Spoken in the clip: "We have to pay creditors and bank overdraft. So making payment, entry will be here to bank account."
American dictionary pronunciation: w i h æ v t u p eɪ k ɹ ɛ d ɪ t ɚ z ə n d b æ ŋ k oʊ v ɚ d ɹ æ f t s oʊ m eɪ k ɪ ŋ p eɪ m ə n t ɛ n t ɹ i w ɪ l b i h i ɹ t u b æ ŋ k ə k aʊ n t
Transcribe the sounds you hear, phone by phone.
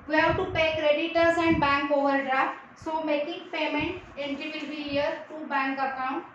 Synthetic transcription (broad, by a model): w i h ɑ t u p eɪ k ɹ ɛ d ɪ t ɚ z ə n d b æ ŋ k oʊ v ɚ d ɹ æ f t s oʊ m eɪ k ɪ ŋ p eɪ m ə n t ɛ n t i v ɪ l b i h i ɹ t u b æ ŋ k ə k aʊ n t